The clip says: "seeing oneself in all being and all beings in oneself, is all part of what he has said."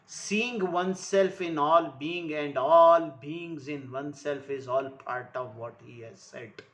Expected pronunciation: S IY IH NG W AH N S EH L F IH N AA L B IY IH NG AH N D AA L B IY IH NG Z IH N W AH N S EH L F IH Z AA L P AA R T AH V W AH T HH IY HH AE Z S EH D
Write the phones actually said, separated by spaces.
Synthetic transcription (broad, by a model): S IY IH NG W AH N S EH L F IH N AA L B IY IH NG AH N D AA L B IY IH NG Z IH N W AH N S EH L F IH Z AA L P AA R T AH V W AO T HH IY HH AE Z S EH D